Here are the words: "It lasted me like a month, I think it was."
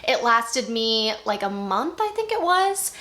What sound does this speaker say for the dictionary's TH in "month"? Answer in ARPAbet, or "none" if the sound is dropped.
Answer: TH